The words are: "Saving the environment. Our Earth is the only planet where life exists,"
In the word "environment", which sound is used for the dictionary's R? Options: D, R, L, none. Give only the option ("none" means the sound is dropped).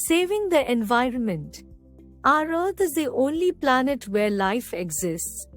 R